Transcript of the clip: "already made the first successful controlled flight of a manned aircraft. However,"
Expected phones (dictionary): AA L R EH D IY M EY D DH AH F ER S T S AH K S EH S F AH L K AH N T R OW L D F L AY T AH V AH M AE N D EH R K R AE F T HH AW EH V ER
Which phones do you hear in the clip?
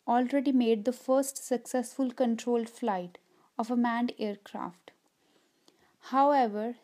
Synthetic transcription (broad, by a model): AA L R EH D IY M EY D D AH F ER S T S AH K S EH S F AH L K AH N T R OW L D F L AY T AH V AH M AE N D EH R K R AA F T HH AW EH V ER